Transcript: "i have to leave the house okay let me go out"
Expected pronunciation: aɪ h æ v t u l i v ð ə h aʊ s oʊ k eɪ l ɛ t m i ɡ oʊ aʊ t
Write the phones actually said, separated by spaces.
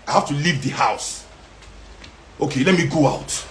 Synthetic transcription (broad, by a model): aɪ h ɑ f t u l i v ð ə h aʊ s oʊ k eɪ l ɛ t m i ɡ oʊ aʊ t